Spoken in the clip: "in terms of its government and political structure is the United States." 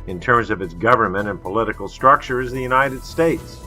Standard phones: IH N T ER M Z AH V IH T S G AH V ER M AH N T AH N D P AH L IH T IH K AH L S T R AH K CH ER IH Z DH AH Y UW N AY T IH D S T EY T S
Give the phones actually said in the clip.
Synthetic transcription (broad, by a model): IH N T ER M Z AH V IH T S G AH V ER M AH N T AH N P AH L IH T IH K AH L S T R AH K CH ER IH Z DH AH Y UW N AY T IH D S T EY T S